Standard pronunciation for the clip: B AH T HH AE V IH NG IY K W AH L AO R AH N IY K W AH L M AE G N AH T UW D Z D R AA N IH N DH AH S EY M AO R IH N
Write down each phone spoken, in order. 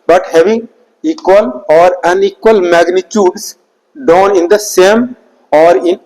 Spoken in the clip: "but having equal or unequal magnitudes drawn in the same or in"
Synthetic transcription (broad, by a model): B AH T HH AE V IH NG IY K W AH L AO R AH N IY K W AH L M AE G N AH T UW D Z D AA N IH N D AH S EY M AO R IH N